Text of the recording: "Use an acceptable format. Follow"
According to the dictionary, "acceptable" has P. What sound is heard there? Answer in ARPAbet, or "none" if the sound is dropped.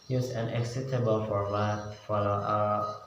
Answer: none